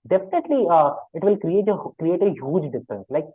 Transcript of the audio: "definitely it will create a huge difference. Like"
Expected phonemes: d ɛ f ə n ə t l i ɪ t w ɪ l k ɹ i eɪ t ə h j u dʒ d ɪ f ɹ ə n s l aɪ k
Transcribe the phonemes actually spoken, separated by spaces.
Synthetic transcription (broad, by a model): d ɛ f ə n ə t l i ɪ t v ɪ l k ɹ i eɪ t ə h j u dʒ d ɪ f ɹ ə n s l aɪ k